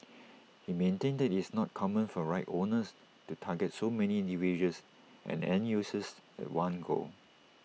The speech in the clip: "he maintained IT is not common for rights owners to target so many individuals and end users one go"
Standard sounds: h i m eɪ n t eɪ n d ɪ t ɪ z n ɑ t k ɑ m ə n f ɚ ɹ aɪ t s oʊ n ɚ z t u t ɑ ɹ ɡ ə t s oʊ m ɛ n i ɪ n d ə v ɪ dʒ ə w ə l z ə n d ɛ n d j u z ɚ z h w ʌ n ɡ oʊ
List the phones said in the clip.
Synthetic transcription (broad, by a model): h i m eɪ n t eɪ n d ɪ t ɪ s n ɑ t k ɑ m ə n f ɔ ɹ aɪ t oʊ n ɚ s t u t ɑ ɡ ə t s oʊ m ɛ n i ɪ n d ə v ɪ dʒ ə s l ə n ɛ n j u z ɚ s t w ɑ n ɡ oʊ